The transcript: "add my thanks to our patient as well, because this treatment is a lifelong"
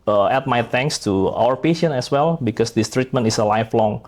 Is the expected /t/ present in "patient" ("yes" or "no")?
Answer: no